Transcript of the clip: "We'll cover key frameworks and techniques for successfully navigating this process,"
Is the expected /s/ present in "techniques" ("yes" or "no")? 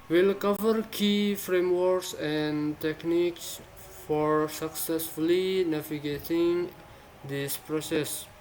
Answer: yes